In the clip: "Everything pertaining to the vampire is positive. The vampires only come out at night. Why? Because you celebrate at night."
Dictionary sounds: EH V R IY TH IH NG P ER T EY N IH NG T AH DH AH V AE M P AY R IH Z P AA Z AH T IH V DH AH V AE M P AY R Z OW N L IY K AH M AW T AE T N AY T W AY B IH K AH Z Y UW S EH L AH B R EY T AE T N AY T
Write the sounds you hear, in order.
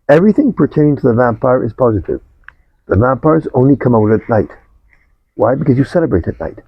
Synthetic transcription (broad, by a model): EH V R IY TH IH NG P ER T EY IH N T AH DH AH V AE M P AY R IH Z P AA Z AH T IH V DH AH V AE M P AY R Z OW N L IY K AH M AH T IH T N AY T W AY B IH K AH Z Y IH S EH L AH B R EY T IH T N AY T